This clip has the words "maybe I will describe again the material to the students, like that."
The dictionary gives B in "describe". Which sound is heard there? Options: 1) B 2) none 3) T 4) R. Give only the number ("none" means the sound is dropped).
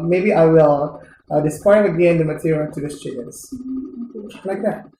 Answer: 2